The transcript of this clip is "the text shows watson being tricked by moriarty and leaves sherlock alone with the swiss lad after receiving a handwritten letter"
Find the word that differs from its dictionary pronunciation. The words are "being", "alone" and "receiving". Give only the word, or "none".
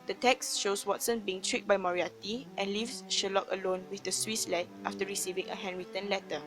none